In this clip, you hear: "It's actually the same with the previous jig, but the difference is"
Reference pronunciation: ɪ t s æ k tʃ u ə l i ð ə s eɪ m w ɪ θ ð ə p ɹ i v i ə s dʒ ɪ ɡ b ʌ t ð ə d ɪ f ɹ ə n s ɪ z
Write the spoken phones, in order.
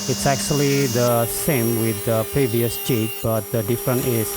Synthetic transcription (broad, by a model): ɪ t s æ k tʃ u ə l i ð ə s eɪ m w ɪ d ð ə p ɹ i v i ə s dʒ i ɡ b ʌ t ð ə d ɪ f ɹ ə n ɪ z